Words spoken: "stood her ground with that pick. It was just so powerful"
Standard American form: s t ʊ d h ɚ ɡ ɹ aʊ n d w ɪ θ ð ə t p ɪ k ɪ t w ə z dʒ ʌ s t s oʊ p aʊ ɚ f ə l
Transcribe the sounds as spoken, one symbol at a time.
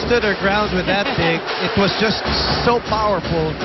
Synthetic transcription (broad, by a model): s t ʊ d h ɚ ɡ ɹ aʊ n d w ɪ ð ə t b ɪ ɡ ɪ t w ə z dʒ ʌ s t s oʊ p aʊ ɚ f l